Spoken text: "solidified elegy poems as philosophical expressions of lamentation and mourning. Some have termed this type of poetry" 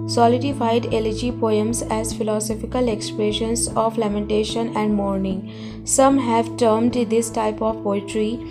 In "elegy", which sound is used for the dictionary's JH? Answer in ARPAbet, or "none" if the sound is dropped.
JH